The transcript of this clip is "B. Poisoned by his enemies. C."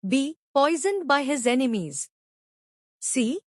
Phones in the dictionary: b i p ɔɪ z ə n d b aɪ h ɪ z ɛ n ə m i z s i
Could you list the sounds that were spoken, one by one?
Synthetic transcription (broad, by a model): b i p ɔɪ z ə n d b aɪ h ɪ z ɛ n ə m i z s i